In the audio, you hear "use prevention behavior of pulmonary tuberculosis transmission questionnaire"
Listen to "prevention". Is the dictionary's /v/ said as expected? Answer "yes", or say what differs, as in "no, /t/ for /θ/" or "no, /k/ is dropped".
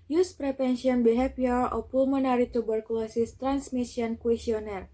no, /p/ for /v/